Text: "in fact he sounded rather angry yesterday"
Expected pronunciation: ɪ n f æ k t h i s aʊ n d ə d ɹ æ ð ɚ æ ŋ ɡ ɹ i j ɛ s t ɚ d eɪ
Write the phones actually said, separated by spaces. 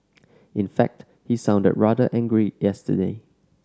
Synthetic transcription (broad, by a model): ɪ n f æ k t h i s aʊ n d ə d ɹ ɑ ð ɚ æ ŋ ɡ ɹ i j ɛ s t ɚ d eɪ